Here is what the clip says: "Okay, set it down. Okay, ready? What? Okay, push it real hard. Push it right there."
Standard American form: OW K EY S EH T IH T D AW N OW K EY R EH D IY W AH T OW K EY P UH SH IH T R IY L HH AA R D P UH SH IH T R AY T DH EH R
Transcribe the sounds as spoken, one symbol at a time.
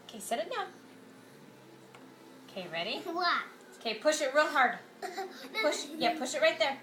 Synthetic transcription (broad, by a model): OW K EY S EH T IH T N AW OW K EY R EH D IY W AH T OW K EY P UH SH IH T R IY L HH AA R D P UH SH IH T R AY T DH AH R